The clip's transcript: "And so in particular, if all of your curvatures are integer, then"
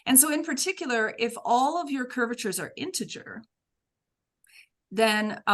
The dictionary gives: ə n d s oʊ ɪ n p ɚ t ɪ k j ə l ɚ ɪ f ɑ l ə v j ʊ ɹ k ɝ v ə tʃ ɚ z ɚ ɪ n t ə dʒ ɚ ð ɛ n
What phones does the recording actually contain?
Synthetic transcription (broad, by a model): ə n s oʊ ɪ n p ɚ t ɪ k j l ɚ ɪ f ɑ l ə v j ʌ ɹ k ɝ v ə tʃ ɚ z ɚ ɪ n t ə dʒ ɚ ð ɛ n